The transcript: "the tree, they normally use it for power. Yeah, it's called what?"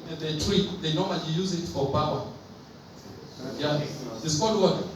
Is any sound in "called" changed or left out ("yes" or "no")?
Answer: yes